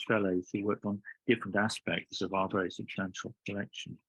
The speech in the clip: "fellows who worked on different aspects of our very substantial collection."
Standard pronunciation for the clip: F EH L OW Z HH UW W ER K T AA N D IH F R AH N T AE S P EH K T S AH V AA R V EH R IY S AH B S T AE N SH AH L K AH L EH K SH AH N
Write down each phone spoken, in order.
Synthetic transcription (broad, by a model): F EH L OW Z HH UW W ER K T N D IH F R AH N T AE S P EH K T S AH V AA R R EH IY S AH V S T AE N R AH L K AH L EH K SH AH N